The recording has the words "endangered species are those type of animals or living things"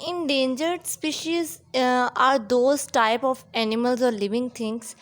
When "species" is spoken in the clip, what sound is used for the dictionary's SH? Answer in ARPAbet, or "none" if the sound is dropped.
SH